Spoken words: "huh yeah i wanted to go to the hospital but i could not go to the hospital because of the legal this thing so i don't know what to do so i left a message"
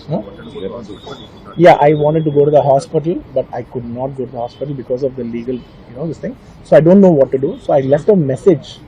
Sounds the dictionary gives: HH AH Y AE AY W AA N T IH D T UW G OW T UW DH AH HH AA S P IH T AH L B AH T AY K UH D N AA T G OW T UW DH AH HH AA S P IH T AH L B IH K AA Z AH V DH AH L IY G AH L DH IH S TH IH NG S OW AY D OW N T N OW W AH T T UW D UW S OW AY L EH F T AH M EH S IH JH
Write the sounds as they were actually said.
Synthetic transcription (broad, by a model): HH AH Y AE AY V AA N T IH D T UW G OW T UW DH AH HH AA S P IH T AH L B AH T AY K UH D N AA T G OW T UW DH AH HH AA S P IH T AH L B IH K AA Z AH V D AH L IY G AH L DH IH S T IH NG S OW AY D OW N T N OW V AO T T UW D UW S OW AY L EH F T AH M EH S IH JH